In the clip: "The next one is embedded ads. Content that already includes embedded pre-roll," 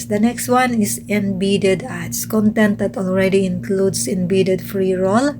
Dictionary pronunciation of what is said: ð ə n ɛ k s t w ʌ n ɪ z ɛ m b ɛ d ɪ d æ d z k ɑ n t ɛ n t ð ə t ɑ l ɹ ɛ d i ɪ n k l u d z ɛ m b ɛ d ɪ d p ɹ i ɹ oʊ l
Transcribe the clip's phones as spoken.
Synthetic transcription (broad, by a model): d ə n ɛ k s t w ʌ n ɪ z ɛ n b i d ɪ d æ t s k ɑ n t ɛ n t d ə t ɑ l ɹ ɛ d i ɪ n k l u d s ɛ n b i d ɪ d f ɹ i ɹ oʊ l